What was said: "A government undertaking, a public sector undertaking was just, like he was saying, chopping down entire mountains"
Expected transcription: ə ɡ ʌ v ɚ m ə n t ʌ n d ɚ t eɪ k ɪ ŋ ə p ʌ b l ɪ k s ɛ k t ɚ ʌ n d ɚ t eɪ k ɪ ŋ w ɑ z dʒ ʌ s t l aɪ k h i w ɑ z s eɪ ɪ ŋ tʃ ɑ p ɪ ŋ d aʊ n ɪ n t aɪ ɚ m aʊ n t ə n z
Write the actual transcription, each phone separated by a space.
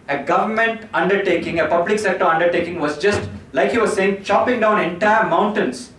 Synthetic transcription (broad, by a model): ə ɡ ʌ v ɚ m ə n t ʌ n d ɚ t eɪ k ɪ ŋ ə p ʌ b l ɪ k s ɛ k t ɚ ʌ n d ɚ t eɪ k ɪ ŋ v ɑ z dʒ ʌ s t l aɪ k h i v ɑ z s eɪ ɪ ŋ tʃ ɑ p ɪ ŋ d aʊ n ɪ n t aɪ ɚ m aʊ n t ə n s